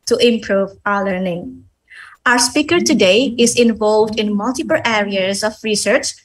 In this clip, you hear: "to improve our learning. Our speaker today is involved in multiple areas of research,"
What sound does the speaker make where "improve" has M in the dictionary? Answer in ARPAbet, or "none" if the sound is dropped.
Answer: M